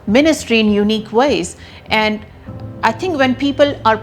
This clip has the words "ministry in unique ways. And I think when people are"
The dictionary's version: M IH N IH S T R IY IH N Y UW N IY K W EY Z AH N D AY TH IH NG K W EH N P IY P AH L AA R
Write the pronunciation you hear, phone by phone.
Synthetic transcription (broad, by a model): M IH N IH S T R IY IH N Y UW N IY K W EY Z AH N D AY T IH NG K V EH N P IY P AH L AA R